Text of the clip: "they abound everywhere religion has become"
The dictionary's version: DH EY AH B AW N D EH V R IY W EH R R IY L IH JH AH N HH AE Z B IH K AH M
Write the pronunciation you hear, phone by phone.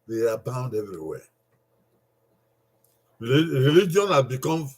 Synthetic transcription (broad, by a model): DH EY AH B AW N D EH V R IY W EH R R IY L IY JH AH N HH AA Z B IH K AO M